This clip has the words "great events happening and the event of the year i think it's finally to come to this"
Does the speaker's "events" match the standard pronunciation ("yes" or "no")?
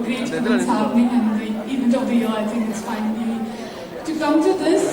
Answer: no